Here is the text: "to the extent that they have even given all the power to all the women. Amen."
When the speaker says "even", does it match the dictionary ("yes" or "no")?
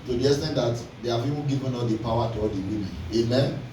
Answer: no